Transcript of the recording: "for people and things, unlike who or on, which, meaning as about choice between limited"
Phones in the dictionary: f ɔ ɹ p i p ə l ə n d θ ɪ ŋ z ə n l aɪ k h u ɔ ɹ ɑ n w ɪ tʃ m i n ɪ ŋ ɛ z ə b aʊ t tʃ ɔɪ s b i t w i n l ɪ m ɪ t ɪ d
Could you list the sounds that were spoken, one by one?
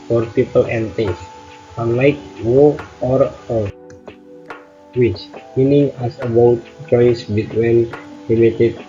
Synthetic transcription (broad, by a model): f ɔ ɹ p i p ə l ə n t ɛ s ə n l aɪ k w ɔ ɔ ɹ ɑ l w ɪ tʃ m i n ɪ ŋ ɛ s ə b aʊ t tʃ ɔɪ s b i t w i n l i m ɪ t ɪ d